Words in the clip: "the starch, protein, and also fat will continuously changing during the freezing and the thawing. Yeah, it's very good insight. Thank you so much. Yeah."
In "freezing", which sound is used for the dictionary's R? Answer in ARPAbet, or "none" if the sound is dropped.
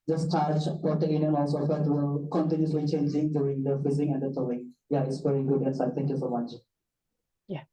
none